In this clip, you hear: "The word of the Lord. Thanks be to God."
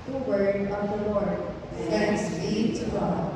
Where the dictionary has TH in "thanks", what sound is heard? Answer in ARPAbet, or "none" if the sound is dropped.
S